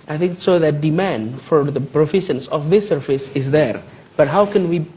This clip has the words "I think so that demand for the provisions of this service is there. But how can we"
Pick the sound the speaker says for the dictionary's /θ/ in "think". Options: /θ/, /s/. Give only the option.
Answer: /θ/